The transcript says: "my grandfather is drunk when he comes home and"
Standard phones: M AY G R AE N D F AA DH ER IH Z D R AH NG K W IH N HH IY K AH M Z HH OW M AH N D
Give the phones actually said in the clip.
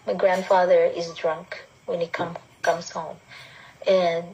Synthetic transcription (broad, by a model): M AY G R AE N D F AA DH ER IH Z D R AH NG K W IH N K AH K AH M Z HH OW M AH N